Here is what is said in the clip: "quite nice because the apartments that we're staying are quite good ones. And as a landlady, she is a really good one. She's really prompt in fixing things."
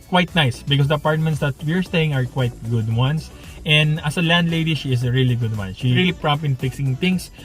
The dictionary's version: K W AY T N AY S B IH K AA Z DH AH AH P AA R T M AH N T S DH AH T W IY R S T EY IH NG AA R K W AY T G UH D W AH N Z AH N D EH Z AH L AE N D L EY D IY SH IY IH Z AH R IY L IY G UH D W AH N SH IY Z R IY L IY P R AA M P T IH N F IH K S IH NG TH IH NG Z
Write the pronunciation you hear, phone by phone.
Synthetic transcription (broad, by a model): K W AY T N AY S B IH K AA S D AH AH P AA R T M AH N T S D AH T W IY R S T EY IH NG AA R K W AY T G UH D W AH N S AH N D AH S AH L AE N D L EY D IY SH IY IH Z AH R IY L IY G UH D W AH N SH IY R IY L IY P R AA M P IH N F IH K S IH NG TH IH NG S